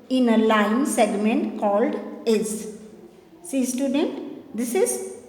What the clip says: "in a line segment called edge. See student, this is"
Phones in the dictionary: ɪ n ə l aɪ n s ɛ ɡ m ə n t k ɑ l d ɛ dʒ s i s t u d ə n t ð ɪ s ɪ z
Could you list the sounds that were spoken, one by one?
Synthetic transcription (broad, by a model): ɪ n ə l aɪ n s ɛ ɡ m ə n t k ɑ l d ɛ z s i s t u d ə n t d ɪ s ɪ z